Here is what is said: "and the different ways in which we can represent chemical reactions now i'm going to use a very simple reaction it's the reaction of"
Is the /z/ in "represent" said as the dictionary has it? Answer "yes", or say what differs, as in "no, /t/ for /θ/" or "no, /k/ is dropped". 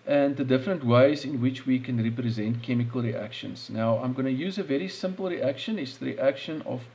yes